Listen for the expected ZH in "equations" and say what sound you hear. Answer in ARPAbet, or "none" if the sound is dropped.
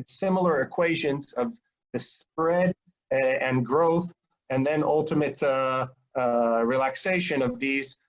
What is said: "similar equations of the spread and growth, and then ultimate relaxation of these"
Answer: ZH